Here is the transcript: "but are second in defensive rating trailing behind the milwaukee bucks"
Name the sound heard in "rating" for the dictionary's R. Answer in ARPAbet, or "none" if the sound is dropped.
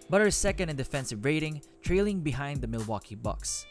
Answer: R